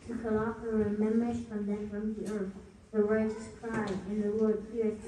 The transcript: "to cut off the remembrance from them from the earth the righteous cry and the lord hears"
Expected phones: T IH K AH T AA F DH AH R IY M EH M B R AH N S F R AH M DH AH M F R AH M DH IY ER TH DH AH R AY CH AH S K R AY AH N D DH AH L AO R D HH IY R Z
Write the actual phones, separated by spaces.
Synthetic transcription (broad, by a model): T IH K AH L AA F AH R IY M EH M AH R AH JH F R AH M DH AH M F R AH M DH IY ER TH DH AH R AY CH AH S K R AY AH N DH AH W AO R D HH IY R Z